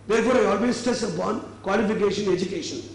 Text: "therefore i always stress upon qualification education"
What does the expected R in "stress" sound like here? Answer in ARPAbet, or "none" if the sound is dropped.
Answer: none